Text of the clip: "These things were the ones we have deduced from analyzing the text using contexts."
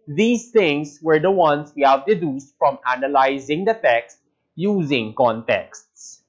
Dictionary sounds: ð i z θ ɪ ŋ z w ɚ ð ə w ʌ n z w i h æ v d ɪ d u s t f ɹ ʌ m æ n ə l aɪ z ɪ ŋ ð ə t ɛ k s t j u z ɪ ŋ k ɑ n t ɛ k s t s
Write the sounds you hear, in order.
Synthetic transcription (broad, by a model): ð i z t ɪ ŋ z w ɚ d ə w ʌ n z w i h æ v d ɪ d u s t f ɹ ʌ m æ n ə l aɪ z ɪ ŋ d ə t ɛ k s t j u z ɪ ŋ k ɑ n t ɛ k s t s